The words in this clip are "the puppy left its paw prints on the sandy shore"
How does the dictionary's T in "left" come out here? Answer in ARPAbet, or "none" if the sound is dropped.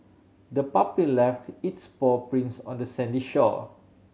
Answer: T